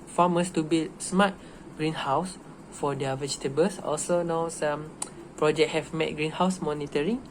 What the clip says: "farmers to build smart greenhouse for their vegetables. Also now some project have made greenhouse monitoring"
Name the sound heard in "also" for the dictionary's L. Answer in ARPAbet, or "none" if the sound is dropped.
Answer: L